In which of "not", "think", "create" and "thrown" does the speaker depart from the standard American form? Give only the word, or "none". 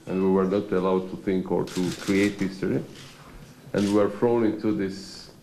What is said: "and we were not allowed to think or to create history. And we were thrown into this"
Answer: thrown